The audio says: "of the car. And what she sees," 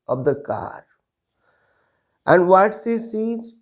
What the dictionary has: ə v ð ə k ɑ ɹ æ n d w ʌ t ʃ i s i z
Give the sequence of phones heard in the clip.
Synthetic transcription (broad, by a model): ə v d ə k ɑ ɹ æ n d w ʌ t s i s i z